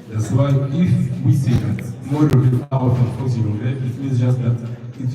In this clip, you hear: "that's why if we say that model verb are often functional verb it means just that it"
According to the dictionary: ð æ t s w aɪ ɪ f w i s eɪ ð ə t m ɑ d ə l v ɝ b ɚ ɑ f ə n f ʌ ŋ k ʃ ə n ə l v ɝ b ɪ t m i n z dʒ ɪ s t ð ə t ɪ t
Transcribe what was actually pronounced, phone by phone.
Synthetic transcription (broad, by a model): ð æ t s w aɪ ɪ f w i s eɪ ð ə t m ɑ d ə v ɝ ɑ ə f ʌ k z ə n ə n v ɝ ɪ t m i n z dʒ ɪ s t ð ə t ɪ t